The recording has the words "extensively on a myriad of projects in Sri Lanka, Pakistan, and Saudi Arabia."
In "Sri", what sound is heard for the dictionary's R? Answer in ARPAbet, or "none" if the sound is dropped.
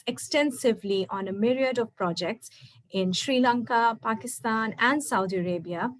R